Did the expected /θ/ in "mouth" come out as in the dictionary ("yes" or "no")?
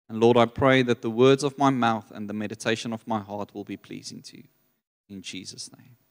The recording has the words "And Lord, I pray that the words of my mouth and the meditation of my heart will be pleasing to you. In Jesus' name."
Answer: yes